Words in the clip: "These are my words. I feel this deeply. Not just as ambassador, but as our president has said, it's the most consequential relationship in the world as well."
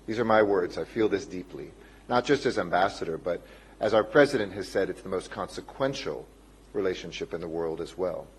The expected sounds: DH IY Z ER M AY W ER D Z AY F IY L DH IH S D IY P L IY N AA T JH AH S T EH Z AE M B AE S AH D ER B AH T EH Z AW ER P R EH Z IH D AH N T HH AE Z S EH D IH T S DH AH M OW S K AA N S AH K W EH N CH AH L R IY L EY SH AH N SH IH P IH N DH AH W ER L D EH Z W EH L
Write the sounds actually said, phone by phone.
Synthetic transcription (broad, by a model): DH IY Z ER M AY W ER D Z AY F IY L DH IH S D IY P L IY N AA T JH AH S T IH Z AE M B AE S AH D ER B AH T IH Z AW ER P R EH Z IH D AH N T HH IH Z S EH D IH T S DH AH M OW S K AA N S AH K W EH N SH L R IY L EY SH AH N SH IH P IH N DH AH W ER L D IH Z W EH L